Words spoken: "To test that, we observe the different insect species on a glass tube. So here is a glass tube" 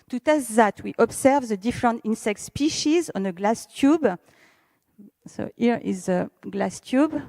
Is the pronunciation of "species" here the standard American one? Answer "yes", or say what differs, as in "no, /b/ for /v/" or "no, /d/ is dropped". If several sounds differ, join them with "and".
yes